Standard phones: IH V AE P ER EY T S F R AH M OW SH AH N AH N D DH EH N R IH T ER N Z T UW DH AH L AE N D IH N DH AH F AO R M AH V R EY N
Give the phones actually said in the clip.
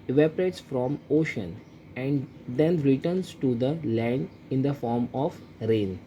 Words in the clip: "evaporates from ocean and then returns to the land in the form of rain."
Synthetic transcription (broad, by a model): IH V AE P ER EY T S F R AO M OW SH AH N AH N D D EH N R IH T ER N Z T UW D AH L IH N IH N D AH F AO R M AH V R EY N